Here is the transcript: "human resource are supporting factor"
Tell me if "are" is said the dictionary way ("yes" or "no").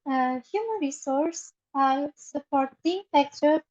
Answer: no